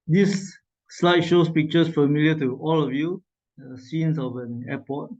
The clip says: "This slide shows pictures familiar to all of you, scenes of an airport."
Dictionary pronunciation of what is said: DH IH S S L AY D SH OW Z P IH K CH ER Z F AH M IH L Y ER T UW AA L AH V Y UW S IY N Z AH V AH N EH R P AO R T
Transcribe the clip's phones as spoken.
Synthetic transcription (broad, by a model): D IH S S L AY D SH OW S P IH K CH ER S F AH M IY L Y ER T UW AA L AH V Y UW S IY N S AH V AH N EH P AO T